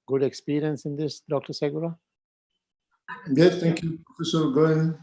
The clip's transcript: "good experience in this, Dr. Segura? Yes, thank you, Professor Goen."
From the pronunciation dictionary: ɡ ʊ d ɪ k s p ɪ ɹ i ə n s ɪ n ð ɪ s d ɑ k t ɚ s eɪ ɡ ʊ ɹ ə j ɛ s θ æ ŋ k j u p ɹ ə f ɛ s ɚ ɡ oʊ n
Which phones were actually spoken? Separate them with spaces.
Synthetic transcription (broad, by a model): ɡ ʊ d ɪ k s p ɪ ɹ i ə n s ɪ n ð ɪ s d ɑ k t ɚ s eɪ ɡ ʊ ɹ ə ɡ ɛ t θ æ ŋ k j u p ə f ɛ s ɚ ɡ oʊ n